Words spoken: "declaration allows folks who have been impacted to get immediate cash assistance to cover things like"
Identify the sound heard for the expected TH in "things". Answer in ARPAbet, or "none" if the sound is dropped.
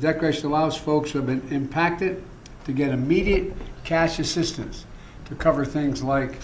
TH